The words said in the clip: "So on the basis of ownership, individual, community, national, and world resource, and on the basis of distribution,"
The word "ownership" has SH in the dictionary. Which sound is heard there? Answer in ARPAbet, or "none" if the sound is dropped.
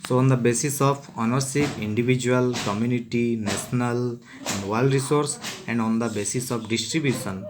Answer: S